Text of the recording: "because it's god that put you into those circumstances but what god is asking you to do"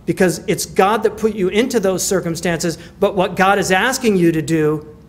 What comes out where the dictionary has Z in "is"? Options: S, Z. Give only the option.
Z